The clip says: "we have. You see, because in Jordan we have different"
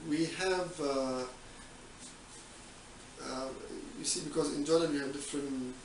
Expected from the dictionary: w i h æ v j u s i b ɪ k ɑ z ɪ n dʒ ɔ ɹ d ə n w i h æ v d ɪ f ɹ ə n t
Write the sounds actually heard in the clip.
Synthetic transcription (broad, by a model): w i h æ v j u s i b ɪ k ɑ z ɪ n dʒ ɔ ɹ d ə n w i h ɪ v d ɪ f ɹ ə n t